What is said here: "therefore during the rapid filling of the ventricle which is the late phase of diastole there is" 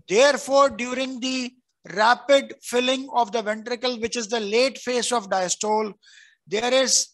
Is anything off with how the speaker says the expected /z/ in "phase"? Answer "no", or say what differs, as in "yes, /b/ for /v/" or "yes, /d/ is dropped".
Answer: yes, /s/ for /z/